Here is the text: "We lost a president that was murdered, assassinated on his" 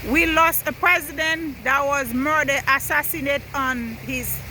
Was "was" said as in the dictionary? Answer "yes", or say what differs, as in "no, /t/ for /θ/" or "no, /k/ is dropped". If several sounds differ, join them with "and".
yes